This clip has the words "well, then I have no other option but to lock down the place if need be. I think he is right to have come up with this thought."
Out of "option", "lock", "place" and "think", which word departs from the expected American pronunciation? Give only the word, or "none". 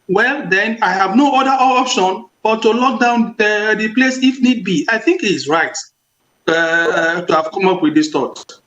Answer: none